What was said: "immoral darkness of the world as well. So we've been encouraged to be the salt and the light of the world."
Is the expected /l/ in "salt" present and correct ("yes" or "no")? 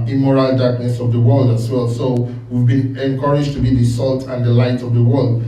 yes